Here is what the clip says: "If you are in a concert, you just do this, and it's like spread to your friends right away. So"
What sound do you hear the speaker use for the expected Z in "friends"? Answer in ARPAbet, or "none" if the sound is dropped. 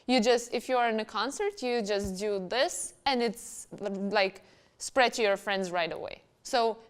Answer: Z